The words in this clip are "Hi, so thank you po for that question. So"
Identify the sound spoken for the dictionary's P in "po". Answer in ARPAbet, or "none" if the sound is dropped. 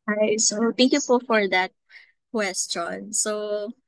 F